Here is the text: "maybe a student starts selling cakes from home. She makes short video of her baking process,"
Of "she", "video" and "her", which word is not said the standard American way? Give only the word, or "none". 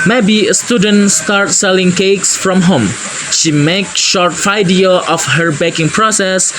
video